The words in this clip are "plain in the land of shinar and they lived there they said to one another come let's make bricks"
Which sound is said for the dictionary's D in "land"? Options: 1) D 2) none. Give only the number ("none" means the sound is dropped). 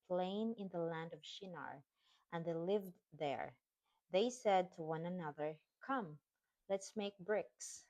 1